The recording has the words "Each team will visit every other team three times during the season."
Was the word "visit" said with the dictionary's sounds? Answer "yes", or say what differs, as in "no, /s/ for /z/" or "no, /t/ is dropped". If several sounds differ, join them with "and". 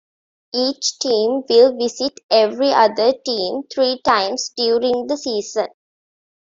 no, /s/ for /z/